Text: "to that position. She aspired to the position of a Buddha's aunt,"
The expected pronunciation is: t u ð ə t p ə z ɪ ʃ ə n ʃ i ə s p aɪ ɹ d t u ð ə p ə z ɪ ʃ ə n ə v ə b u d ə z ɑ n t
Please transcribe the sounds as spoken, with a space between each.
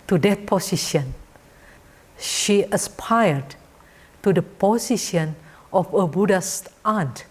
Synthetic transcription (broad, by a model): t u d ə t p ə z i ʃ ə n ʃ i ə s p aɪ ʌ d t u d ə p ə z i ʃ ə n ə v ə b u d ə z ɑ n t